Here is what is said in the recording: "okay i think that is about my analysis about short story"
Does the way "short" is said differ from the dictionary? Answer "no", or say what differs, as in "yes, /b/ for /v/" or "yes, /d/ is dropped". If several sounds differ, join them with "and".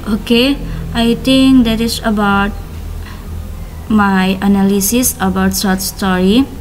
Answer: yes, /s/ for /ʃ/